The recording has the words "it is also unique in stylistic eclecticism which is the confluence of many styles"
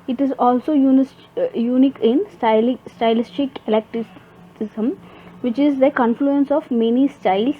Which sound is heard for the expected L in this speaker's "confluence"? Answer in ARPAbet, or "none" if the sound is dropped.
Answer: L